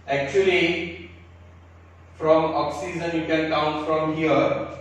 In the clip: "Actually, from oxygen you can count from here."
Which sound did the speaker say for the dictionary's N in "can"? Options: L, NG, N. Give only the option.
L